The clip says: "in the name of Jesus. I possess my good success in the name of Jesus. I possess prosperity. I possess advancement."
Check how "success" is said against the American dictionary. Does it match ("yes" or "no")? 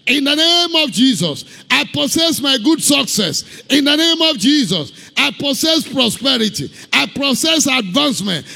yes